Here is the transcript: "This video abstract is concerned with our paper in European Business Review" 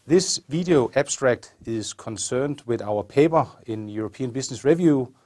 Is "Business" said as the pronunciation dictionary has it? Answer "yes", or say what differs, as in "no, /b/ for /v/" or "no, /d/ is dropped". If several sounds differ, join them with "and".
no, /s/ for /z/